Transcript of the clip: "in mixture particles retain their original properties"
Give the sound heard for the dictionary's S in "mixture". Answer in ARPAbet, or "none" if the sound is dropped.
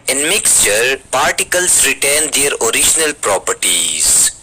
S